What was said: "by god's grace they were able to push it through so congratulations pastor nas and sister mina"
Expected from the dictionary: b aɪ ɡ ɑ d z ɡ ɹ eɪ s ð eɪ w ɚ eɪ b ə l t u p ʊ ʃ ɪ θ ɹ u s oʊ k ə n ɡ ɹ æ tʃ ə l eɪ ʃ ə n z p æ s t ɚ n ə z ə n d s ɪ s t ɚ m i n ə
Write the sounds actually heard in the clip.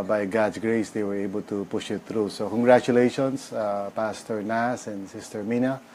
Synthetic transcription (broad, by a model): b aɪ ɡ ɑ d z ɡ ɹ eɪ s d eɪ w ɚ eɪ b ə l t u p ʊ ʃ ɪ t ɹ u s oʊ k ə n ɡ ɹ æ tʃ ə l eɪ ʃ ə n s p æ s t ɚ n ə s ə n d s ɪ s t ɚ m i n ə